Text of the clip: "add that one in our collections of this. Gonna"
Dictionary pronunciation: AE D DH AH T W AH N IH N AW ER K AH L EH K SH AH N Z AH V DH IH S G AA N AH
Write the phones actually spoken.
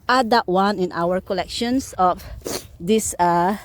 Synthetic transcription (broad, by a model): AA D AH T W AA N IH N AW ER K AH L EH K SH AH N S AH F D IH S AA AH